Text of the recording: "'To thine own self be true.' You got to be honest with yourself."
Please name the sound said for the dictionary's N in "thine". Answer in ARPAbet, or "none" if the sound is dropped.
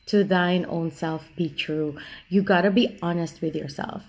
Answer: N